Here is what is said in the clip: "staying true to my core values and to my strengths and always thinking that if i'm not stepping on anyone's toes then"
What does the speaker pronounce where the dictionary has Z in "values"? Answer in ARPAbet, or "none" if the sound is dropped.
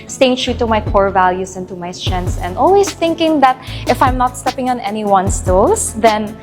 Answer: S